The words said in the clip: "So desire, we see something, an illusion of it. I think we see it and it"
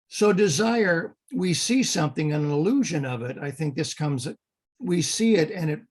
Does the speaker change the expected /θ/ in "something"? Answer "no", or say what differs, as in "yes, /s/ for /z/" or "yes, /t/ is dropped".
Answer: no